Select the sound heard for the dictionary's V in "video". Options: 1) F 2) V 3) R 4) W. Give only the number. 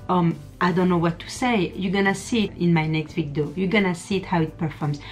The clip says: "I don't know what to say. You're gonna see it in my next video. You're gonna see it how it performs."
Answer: 4